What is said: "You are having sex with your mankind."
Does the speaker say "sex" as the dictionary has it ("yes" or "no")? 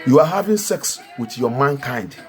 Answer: yes